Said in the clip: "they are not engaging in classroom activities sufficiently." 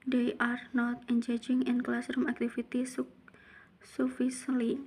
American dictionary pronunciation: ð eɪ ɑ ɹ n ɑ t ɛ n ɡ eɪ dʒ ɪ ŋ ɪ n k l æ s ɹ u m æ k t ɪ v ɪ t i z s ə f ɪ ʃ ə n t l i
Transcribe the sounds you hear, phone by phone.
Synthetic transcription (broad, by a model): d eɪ ɑ ɹ n ɑ t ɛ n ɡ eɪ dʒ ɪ ŋ ɪ n k l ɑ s ɹ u m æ k t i f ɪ t i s s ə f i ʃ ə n l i